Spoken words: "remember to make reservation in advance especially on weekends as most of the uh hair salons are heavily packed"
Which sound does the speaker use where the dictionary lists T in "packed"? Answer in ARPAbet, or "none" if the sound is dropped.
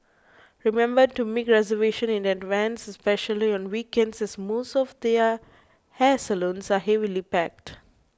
T